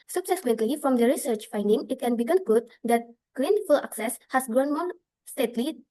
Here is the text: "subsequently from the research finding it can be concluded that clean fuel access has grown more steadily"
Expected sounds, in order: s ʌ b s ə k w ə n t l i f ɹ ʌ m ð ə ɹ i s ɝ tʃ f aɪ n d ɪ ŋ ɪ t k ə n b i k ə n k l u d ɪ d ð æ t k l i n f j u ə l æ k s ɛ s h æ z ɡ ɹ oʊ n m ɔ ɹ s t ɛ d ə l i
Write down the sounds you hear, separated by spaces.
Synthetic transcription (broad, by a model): s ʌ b s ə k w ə n t l i f ɹ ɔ m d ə ɹ i s ɝ tʃ f aɪ n d ɪ ŋ ɪ t k ə n b i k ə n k u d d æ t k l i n f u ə l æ k s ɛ s h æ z ɡ ɹ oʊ n m ɔ ɹ s t ɛ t l i